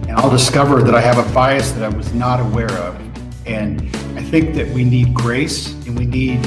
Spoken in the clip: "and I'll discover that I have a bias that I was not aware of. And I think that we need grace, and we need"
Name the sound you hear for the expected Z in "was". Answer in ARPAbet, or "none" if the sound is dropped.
Z